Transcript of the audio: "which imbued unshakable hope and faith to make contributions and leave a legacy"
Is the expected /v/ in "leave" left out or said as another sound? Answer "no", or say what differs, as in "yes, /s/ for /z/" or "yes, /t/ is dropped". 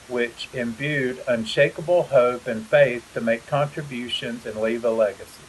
no